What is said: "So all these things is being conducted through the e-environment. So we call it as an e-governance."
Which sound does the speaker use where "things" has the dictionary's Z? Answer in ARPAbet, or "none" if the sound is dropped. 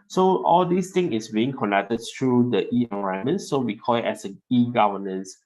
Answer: none